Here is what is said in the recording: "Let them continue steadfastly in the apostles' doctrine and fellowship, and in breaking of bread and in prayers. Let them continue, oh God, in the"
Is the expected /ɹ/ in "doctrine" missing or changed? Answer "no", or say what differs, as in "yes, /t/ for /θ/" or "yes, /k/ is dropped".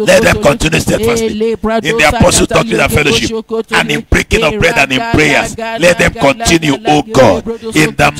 yes, /ɹ/ is dropped